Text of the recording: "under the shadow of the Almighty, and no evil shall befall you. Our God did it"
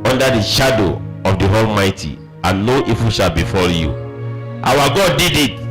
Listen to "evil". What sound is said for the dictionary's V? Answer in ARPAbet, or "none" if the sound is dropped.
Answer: F